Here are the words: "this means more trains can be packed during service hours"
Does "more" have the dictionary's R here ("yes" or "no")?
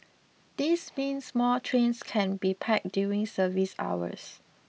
no